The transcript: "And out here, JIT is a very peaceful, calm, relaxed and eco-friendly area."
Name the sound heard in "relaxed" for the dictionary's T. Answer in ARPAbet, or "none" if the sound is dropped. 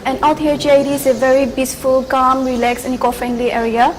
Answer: none